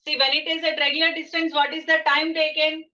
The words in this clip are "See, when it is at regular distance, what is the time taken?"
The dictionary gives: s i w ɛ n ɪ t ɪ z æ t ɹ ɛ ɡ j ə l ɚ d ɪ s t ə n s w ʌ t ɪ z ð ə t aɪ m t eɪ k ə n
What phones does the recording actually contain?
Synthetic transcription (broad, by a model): s i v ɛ l ɪ t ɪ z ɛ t ɹ ɛ ɡ j ə l ɚ d ɪ s t ə n s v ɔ t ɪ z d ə t aɪ m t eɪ k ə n